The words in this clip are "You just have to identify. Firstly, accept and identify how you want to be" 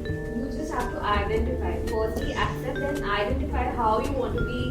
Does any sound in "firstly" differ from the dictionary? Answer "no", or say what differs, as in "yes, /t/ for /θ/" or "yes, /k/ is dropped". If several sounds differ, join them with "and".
yes, /s/ is dropped